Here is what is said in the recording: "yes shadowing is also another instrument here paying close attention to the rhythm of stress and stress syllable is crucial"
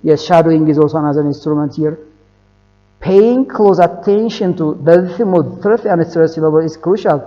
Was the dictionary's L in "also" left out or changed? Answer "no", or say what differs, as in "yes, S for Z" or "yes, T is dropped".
yes, L is dropped